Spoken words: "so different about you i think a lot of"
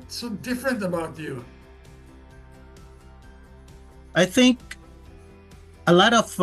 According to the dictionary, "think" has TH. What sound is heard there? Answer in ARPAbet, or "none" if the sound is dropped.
TH